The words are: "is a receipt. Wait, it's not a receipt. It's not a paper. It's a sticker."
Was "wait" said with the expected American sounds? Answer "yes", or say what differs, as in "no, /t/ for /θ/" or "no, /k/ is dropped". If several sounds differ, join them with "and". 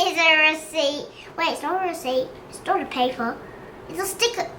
no, /t/ is dropped